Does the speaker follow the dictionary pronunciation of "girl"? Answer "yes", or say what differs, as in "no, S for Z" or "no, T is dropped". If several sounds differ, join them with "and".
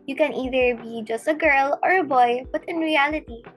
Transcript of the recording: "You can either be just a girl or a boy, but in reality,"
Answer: yes